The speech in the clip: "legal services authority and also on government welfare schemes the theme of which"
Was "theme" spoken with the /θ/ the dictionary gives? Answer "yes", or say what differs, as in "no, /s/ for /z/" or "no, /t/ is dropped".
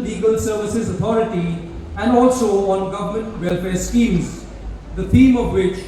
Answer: no, /t/ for /θ/